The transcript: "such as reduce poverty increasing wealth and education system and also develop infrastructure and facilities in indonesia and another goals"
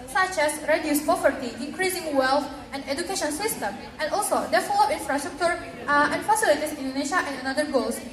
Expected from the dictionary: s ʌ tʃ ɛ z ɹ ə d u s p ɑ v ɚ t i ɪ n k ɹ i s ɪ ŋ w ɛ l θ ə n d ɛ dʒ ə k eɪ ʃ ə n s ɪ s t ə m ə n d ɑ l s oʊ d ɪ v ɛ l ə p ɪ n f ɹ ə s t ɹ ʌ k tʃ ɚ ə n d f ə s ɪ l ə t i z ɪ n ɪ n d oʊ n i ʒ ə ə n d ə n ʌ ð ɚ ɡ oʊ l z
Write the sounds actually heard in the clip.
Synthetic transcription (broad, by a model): s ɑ tʃ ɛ s ɹ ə d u s p ɑ v ɚ t i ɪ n k ɹ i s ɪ ŋ w ɛ l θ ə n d ɛ dʒ ə k eɪ ʃ ə n s ɪ s t ə m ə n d ɑ l s oʊ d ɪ f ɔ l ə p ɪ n f ɹ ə s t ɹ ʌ k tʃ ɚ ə n f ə s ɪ l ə t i s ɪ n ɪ n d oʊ n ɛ ʃ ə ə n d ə n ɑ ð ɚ ɡ oʊ l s